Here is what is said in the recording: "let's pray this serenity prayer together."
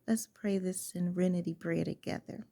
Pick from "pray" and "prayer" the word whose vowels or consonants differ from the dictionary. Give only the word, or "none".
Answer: prayer